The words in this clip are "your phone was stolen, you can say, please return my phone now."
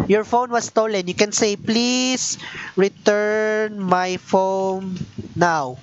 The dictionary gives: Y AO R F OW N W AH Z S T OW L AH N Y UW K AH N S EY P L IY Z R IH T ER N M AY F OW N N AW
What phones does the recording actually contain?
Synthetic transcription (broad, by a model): Y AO R F OW N W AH S T OW L AH N Y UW K AH N S EY P L IY S R IH T ER N M AY F OW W N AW